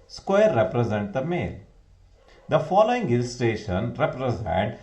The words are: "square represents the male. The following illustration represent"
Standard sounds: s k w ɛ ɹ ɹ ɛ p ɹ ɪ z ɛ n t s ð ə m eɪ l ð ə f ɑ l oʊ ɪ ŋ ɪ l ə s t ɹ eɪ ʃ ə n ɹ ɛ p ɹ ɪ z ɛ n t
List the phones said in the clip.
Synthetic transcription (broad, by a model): s k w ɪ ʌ ɹ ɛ p ɹ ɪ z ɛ n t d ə m eɪ l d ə f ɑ l oʊ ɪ ŋ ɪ l s t eɪ ʃ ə n ɹ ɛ p ɹ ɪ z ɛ n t